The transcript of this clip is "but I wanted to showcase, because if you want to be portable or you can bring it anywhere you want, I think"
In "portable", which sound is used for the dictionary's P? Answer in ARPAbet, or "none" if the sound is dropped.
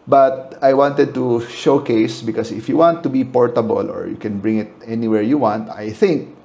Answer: P